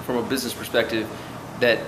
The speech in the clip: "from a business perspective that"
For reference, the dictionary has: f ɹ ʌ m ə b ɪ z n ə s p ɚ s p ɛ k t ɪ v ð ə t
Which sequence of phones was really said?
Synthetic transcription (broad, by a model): f ɹ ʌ m ə b ɪ z n ə s p ɚ s p ɛ k t ɪ v ð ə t